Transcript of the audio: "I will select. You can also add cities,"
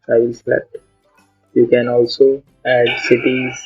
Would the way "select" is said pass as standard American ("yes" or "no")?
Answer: no